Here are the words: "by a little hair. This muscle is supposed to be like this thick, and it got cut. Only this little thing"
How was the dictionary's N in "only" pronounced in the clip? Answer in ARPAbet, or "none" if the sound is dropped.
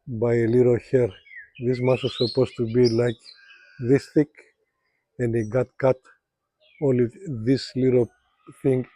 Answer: none